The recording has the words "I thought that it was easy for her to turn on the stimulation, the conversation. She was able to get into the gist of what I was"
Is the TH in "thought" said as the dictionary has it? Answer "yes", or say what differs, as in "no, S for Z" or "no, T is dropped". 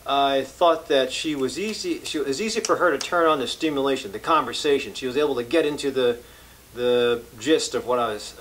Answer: yes